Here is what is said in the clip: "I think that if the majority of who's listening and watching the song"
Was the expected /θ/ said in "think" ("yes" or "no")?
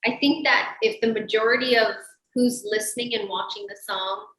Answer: yes